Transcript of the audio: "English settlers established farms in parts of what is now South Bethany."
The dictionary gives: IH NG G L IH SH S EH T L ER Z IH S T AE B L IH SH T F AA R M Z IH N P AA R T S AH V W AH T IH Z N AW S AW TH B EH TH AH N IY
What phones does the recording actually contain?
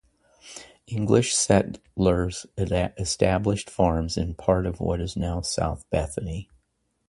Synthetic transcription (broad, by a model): IH NG G L IH SH S EH T L ER Z IH S T AE B L IH SH T F AA R M Z IH N P AA R T AH V W AH T IH Z N AW S AW TH B EH TH AH N IY